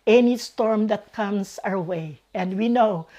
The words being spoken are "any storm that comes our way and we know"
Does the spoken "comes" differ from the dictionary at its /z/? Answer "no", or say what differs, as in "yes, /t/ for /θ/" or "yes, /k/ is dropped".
yes, /s/ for /z/